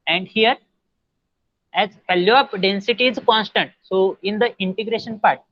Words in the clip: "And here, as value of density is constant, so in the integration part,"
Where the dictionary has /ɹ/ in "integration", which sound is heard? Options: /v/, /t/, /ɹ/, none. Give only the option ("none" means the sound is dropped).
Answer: /ɹ/